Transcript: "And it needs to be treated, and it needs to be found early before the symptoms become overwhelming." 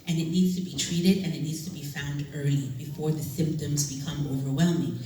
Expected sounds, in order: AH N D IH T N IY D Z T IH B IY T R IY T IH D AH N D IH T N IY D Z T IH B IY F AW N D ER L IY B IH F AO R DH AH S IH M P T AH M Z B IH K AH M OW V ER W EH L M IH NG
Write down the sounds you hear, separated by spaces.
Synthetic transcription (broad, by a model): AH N IH T N IY D Z T IH B IY T R IY T IH D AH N IH T N IY D Z T IH B IY F AW N D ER IY B IH F AO R DH AH S IH M P T AH M Z B IH K AH M OW V ER W EH L M IH NG